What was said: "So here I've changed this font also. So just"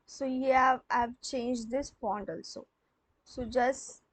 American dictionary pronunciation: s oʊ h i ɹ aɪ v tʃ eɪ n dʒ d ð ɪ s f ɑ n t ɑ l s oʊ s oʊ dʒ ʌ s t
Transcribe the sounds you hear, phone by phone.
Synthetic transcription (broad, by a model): s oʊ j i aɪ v tʃ eɪ n dʒ d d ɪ s p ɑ n t ɑ l s oʊ s oʊ dʒ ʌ s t